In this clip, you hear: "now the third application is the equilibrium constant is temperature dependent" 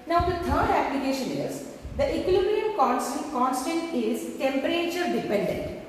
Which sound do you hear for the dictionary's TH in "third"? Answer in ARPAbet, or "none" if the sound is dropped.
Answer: T